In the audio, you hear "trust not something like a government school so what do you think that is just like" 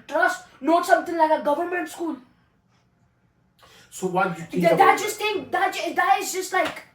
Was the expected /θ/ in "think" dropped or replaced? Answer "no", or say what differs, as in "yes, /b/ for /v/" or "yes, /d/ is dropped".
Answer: yes, /t/ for /θ/